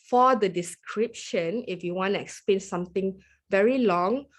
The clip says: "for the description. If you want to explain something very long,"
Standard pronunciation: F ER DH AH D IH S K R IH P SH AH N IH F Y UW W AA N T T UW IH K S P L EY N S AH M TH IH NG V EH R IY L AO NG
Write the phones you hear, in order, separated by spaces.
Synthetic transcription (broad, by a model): F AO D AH D IH S K R IH P SH AH N IH F Y UW W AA N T T UW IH K S P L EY N S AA M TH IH NG V EH R IY L AO NG